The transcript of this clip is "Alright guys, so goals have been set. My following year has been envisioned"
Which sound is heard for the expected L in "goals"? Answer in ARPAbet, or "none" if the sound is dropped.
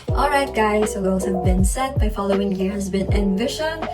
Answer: none